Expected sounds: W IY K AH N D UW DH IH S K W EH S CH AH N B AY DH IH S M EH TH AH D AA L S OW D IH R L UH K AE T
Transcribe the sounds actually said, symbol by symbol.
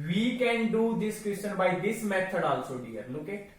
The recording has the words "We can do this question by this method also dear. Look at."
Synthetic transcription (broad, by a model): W IY K AH N D UW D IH S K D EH S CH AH N B AY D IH S M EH T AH D AA L S OW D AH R N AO K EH